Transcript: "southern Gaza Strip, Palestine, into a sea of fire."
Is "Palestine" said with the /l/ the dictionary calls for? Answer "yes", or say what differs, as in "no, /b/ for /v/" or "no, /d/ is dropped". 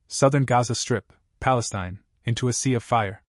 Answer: yes